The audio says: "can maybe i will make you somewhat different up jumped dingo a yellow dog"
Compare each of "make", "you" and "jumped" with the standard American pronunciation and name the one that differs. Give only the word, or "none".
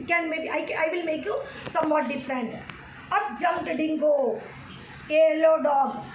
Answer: jumped